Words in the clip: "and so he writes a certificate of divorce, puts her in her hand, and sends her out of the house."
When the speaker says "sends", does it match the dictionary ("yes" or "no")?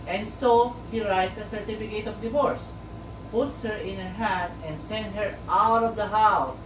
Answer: no